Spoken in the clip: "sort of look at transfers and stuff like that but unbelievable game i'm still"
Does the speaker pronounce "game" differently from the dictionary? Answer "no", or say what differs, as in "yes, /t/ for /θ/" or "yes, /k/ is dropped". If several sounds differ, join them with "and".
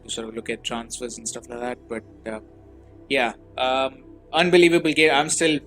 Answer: yes, /m/ is dropped